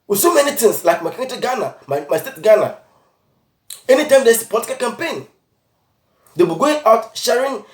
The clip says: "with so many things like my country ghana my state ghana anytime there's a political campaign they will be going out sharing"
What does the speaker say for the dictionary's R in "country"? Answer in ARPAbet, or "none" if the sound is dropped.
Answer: none